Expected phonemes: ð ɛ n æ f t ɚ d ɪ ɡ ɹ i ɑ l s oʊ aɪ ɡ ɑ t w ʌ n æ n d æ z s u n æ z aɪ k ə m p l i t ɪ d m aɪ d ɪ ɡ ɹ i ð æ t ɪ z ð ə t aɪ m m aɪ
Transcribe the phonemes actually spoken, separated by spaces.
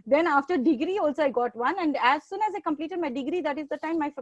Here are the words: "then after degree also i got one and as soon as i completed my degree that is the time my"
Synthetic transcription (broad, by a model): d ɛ n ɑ f t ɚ d ɪ ɡ ɹ i ɑ l s oʊ aɪ ɡ ɑ t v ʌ n æ n d æ z s u n æ z aɪ k ə m p l i t ɪ d m aɪ d ɪ ɡ ɹ i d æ t ɪ z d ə t aɪ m m aɪ